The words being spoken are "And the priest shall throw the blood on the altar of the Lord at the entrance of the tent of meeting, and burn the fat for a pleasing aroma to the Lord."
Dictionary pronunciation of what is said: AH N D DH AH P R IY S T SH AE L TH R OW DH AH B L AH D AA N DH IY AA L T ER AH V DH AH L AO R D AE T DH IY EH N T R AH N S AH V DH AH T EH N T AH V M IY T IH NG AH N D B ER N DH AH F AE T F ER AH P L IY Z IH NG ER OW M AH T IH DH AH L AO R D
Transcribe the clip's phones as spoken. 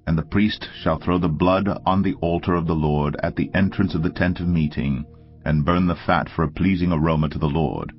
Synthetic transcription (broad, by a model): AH N DH AH P R IY S T SH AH L TH R OW DH AH B L AH D N DH IY AA L T ER AH V DH AH L AO R D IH T DH IY EH N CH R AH N S AH V DH AH T EH N T AH V M IY T IH NG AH N B ER N DH AH F AE T F ER AH P L IY Z IH NG ER OW M AH T IH DH AH L AO R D